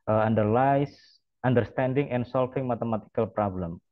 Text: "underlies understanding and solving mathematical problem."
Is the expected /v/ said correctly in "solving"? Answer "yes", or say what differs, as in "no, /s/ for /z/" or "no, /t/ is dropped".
no, /f/ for /v/